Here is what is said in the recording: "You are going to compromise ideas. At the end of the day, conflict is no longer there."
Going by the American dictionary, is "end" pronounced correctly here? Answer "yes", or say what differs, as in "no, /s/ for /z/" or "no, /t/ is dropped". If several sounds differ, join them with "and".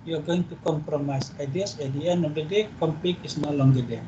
no, /d/ is dropped